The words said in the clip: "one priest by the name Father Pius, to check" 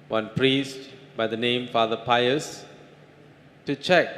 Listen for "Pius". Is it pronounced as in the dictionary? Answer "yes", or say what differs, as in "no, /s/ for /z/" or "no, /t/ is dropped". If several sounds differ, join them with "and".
yes